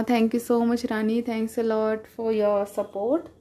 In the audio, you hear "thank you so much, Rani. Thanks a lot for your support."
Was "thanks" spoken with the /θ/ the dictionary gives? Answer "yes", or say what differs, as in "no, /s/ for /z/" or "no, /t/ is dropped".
no, /t/ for /θ/